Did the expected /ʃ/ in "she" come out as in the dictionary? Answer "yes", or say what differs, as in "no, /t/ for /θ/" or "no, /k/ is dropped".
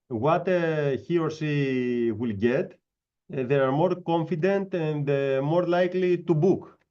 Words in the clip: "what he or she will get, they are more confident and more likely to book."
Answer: no, /s/ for /ʃ/